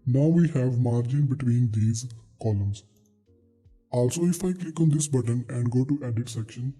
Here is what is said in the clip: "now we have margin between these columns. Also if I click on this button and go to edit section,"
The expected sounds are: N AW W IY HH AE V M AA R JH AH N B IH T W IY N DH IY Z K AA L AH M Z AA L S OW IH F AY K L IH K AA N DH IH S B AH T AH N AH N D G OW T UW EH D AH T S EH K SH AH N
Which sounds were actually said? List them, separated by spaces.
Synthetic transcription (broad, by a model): N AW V IY HH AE V M AA R JH AH N B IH T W IY N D IY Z K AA L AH M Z AA L S OW IH F AY K L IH K AA N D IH S B AH T AH N AH N D G OW T UW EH D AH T S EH K SH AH N